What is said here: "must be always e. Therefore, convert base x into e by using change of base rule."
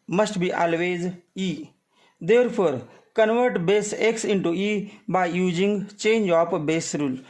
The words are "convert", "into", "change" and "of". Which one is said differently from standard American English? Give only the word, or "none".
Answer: of